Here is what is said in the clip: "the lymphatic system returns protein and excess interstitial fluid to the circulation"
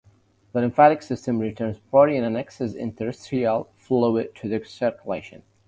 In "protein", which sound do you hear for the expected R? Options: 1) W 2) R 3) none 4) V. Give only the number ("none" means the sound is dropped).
3